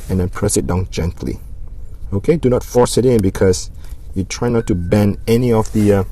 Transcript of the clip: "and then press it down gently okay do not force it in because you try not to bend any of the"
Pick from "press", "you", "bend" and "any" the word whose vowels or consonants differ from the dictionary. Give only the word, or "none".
bend